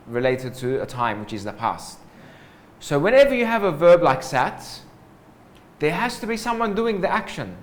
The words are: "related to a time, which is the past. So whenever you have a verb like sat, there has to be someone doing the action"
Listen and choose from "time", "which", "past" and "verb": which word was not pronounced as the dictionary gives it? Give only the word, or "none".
none